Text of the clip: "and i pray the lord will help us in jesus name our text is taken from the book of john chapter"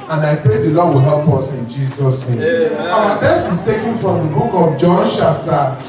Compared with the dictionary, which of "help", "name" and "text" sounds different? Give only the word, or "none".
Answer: text